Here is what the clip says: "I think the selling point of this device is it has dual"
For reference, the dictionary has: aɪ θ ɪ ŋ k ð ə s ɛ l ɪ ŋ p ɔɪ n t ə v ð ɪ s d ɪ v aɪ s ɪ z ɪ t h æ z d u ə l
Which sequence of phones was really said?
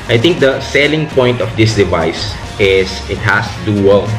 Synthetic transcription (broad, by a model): aɪ t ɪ ŋ k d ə s ɛ l ɪ ŋ p ɔɪ n t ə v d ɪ s d ɪ v aɪ s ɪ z ɪ t h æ s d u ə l